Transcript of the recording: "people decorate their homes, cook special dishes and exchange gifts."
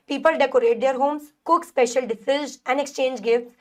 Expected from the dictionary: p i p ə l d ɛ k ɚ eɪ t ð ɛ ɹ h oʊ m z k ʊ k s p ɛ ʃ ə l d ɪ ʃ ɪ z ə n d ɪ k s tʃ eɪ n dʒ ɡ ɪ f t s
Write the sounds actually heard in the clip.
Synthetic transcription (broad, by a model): p i p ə l d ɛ k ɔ eɪ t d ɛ ɹ h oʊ m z k ʊ k s p ɛ ʃ ə l d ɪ s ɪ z ə n d ɪ k s tʃ eɪ n dʒ ɡ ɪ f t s